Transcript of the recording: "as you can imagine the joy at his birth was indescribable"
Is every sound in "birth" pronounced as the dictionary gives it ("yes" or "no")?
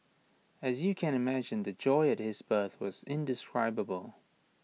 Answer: yes